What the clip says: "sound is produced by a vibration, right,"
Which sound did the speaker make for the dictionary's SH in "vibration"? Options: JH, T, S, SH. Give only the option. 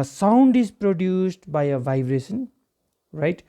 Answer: S